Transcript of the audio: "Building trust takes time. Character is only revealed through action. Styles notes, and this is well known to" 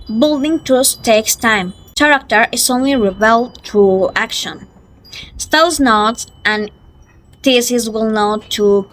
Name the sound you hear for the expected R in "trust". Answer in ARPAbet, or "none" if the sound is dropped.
none